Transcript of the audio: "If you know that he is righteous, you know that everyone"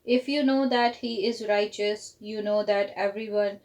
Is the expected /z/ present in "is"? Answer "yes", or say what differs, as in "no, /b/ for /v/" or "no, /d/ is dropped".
yes